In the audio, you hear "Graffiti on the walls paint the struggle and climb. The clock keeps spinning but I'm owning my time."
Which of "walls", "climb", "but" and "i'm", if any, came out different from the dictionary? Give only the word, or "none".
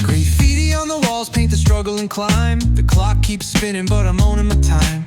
none